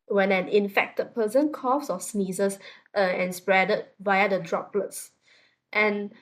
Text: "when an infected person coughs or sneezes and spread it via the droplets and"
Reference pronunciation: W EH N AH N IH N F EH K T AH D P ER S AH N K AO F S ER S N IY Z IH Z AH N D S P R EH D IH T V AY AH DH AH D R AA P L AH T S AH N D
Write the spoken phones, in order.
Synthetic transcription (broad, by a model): W EH N AH N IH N F EH K T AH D P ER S AH N K AO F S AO S N IY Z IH S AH N S P R EH D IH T V AY AH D AH D R AA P L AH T S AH N